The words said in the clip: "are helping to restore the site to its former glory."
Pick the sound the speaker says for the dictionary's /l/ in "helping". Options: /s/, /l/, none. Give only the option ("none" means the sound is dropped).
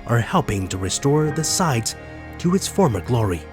/l/